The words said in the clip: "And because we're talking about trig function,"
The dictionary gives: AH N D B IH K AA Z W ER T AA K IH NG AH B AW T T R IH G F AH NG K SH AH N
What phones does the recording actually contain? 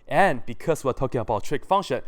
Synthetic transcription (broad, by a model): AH N B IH K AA S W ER T AA K IH NG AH B AW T T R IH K F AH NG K SH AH N